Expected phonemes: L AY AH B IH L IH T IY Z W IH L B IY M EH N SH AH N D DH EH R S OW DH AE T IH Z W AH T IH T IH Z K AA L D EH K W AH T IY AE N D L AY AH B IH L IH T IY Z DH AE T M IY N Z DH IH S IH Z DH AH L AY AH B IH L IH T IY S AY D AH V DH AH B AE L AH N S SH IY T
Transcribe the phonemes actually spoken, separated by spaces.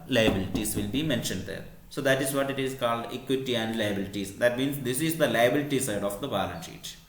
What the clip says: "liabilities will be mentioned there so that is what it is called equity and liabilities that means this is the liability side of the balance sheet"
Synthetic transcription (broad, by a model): L AY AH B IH L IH T IY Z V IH L B IY M EH N SH AH N D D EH R S OW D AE T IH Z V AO T IH T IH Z K AA L D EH K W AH T IY AE N D L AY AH B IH L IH T IY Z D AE T M IY N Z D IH S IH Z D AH L AY AH B IH L IH T IY S AY D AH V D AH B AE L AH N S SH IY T